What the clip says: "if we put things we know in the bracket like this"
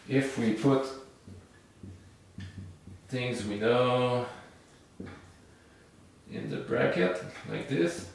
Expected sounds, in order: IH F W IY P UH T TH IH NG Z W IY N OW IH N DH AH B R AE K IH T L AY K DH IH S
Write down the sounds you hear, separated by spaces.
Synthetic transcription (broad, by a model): IH F W IY P UH T TH IH NG Z W IY N OW IH N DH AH B R AE K IH T L AY K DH IH S